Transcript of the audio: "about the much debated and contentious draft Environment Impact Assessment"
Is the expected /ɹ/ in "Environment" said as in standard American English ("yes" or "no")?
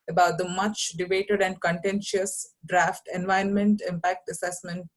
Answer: no